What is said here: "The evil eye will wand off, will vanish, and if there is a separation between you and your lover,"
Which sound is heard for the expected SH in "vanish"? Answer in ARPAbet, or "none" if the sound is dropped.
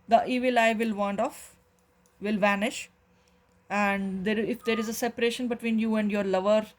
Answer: SH